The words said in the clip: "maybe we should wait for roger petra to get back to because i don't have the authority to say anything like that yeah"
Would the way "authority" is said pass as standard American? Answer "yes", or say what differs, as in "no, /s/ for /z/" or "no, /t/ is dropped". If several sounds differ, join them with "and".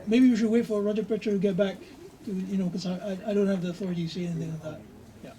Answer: yes